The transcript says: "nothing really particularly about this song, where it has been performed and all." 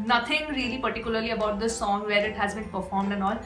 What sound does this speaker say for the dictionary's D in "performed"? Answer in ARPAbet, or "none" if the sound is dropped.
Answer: D